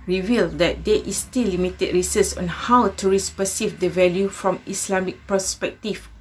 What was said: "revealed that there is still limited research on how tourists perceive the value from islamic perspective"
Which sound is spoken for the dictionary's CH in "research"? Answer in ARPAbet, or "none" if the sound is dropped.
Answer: S